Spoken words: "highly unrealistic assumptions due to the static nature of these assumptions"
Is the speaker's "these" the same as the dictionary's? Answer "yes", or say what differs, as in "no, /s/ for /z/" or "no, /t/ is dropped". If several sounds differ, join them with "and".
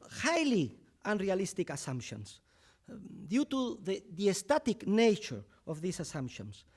no, /s/ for /z/